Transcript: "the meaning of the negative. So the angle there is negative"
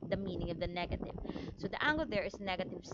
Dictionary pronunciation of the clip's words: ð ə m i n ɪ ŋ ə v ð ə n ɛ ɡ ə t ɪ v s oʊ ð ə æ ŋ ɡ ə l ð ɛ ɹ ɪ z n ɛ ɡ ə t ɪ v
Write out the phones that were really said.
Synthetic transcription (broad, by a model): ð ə m i n ɪ ŋ ə v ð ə n ɛ ɡ ə t ɪ v s oʊ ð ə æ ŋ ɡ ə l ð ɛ ɹ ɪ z n ɛ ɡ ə t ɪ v